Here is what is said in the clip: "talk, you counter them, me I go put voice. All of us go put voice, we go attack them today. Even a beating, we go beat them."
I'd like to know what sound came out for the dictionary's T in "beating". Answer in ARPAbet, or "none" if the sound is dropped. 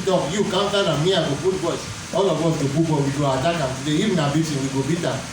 S